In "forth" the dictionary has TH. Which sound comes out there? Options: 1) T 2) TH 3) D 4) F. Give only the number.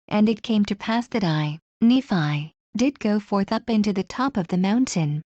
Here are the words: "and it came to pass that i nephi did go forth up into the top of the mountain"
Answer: 2